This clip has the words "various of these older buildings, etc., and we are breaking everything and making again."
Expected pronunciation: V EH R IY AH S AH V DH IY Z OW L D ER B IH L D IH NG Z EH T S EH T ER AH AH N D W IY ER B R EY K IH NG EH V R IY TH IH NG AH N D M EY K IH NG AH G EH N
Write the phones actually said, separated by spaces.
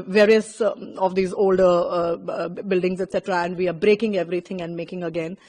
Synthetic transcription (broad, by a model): V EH R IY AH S AH V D IY Z OW L D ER B IH L D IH NG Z EH T S EH T ER AH AH N D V IY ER B R EY K IH NG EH V R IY T IH NG AH N D M EY K IH NG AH G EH N